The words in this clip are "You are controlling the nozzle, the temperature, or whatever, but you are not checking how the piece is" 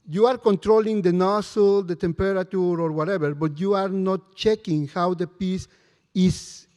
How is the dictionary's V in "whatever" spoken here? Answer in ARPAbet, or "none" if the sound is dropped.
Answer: B